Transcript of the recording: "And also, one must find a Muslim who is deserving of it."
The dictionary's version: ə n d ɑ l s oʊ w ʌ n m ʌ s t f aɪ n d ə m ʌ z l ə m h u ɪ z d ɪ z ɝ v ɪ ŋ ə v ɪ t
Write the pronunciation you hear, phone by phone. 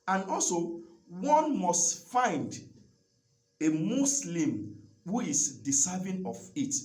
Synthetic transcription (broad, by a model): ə n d ɑ l s oʊ w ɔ n m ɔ s t f aɪ n d ə m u s l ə m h u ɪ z d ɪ s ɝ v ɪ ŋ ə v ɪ t